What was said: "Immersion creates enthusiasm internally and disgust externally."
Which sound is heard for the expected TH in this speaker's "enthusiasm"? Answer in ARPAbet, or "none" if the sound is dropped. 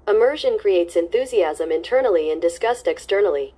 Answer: TH